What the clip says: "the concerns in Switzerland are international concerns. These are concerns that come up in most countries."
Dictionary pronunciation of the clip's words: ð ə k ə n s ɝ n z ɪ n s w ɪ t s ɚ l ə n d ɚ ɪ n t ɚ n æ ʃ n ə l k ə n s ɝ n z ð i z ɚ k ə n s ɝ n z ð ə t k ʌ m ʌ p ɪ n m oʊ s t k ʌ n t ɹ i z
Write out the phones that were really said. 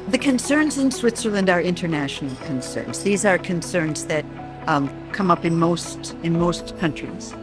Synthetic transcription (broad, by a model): ð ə k ə n s ɝ n z ɪ n s w ɪ t s ɚ l ə n d ɚ ɪ n t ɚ n æ ʃ n l k ə n s ɝ n z ð i z ɚ k ə n s ɝ n z ð ə t k ʌ m ʌ p ɪ n m oʊ s t k ʌ n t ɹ i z